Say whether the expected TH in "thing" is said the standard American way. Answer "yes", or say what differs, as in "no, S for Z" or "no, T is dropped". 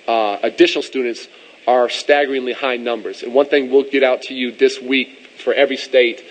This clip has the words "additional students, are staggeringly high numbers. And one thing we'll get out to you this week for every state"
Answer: yes